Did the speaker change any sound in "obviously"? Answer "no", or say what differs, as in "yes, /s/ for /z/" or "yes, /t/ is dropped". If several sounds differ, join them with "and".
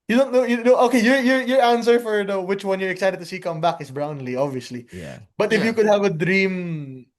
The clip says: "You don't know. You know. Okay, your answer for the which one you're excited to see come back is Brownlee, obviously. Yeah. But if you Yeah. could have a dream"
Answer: no